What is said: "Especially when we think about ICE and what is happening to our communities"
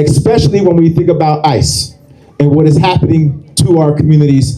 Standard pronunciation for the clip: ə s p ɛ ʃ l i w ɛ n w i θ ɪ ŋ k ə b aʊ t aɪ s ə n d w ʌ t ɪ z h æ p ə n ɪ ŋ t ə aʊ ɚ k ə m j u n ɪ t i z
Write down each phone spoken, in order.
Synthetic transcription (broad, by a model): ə s p ɛ ʃ l i w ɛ n w i θ ɪ ŋ k ə b aʊ t aɪ s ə n w ʌ t ɪ z h æ p ə n ɪ ŋ t ə aʊ ɚ k m j u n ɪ t i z